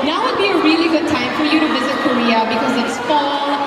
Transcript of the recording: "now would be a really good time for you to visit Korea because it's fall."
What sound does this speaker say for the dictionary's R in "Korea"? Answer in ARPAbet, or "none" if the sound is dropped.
R